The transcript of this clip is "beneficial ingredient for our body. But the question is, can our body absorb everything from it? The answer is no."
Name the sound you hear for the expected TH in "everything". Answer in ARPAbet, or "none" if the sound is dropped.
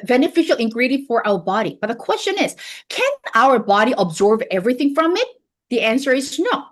TH